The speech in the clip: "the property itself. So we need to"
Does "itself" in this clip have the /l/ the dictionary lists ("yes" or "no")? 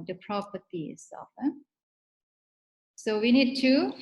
no